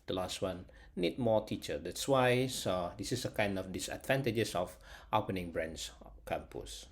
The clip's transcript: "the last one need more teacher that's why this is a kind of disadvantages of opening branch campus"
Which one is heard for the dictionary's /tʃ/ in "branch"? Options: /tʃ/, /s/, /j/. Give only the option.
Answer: /s/